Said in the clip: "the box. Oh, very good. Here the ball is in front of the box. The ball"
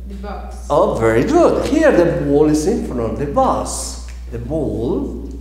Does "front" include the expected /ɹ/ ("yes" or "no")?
no